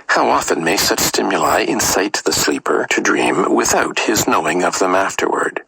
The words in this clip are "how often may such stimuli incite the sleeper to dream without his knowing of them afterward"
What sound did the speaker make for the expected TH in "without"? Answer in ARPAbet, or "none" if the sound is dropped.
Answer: TH